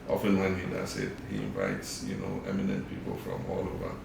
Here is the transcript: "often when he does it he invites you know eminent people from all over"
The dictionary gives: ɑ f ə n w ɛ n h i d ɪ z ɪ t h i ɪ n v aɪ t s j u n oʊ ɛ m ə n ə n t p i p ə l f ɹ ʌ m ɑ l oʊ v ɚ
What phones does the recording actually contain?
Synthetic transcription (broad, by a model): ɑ f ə n w ɛ n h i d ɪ s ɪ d h i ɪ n v aɪ t s j u n oʊ ɛ m ə n ə n t p i p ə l f ɹ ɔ m ɑ l oʊ v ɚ